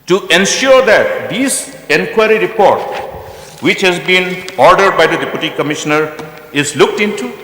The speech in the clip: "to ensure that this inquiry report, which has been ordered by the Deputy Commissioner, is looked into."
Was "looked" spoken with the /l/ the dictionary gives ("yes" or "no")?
yes